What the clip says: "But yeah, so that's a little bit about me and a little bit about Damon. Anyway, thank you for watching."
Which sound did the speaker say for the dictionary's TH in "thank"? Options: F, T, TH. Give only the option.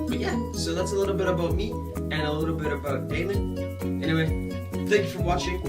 TH